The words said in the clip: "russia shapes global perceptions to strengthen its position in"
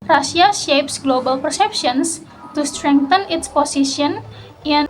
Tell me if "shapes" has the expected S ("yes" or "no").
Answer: yes